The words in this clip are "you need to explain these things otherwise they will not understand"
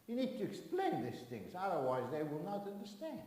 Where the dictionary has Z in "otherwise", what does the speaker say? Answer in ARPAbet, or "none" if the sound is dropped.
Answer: Z